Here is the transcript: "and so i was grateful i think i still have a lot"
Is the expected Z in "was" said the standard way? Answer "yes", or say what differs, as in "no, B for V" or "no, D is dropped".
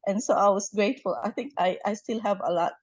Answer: no, S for Z